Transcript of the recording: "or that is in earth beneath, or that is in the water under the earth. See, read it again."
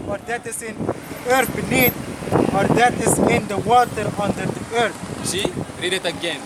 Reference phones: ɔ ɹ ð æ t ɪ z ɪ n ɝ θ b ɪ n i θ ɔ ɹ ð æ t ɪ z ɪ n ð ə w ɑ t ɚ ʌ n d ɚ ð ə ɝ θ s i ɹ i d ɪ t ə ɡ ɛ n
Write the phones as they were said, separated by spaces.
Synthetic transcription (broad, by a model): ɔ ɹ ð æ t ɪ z ɪ n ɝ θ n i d ɔ ɹ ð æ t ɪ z ɪ n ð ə w ɑ t ɚ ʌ n d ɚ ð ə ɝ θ ʃ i ɹ i d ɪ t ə ɡ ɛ n